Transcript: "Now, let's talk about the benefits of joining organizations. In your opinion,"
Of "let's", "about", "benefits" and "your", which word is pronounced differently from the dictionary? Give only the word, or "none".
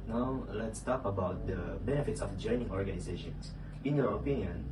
none